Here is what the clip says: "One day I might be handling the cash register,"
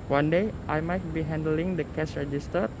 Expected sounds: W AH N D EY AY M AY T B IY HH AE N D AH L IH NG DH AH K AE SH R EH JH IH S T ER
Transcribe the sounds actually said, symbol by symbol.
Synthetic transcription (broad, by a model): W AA N D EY AY M AY T B IY HH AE N D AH L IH NG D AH K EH S R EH JH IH S T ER